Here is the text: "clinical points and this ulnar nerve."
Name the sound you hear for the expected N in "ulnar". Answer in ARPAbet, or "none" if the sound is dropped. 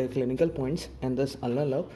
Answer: none